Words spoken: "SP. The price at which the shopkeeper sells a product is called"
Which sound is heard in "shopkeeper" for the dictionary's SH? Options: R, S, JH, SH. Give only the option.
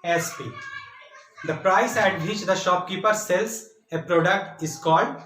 SH